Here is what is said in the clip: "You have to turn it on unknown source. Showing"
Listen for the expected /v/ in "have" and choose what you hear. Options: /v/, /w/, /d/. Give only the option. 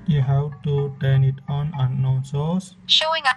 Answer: /w/